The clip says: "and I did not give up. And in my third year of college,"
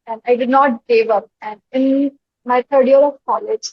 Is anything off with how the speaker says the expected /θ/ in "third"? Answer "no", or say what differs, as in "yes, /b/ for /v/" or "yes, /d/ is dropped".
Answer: yes, /t/ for /θ/